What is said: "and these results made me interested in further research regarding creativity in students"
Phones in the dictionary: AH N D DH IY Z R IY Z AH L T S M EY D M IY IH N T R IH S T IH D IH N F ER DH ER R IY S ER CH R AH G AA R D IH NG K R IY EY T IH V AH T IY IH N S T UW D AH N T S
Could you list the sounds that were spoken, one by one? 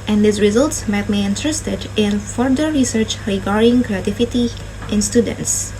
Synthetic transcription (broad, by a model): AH N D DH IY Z R IY Z AH L T S M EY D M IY IH N T R IH S T IH D IH N F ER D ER R IY S ER CH R AH G AA R D IH NG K R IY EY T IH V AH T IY IH N S T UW D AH N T S